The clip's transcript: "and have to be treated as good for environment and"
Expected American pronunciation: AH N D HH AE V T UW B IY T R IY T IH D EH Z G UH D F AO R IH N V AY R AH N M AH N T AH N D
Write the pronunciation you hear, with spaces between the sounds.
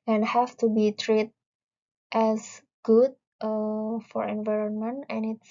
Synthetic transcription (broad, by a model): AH N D HH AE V T UW B IY T R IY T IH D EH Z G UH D F AO R IH N V AY R AH N M AH N T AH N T